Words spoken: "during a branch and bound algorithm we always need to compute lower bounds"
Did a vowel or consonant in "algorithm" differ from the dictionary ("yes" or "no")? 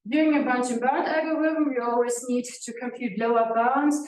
yes